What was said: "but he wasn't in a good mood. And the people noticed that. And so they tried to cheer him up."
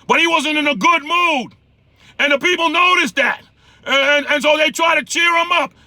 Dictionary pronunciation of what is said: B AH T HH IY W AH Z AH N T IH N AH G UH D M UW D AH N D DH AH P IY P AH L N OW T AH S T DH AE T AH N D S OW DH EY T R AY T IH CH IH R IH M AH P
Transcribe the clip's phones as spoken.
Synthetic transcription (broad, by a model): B AH T HH IY W AH Z AH N T IH N AH G UH D M UW D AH N DH AH P IY P L N OW T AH S DH AE T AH N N S OW DH EY T R AY T IH CH IH R IH M AH P